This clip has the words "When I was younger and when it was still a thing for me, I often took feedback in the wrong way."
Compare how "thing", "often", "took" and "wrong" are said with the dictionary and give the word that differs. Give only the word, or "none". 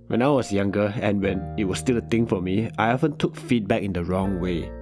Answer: thing